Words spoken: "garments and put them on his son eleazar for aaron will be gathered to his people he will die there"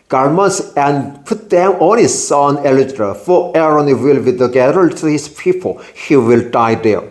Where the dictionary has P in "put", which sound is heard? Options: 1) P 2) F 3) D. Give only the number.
1